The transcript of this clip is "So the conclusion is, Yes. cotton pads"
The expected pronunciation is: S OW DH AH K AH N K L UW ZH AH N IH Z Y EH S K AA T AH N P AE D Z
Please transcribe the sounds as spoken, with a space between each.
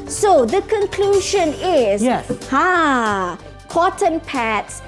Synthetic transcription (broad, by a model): S OW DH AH K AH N K L UW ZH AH N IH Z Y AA K AA T AH N P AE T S